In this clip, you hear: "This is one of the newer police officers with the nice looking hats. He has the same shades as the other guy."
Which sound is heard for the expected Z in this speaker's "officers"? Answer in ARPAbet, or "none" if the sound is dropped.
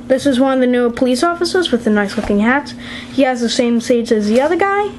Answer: Z